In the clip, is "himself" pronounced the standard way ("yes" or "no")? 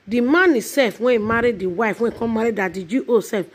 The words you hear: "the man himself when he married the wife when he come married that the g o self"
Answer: no